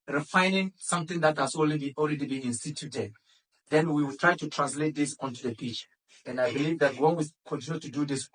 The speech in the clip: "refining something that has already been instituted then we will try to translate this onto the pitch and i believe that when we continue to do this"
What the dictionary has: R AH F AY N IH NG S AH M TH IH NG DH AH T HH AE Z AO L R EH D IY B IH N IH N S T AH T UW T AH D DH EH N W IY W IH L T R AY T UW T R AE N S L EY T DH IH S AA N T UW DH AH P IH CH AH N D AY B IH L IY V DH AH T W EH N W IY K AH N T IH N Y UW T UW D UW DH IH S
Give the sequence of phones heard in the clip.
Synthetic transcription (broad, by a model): R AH F AY N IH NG S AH M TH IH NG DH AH T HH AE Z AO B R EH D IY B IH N IH N S T AH T UW T AH D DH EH N W IY W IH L T R AY T UW T R AE N S L EY T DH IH S AA N T UW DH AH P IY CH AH N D AY B IH L IY V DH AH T W EH N W IY K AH N T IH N Y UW T UW D UW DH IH S